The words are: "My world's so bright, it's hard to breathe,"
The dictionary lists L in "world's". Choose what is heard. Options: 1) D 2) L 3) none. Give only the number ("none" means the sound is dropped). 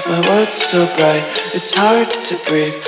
3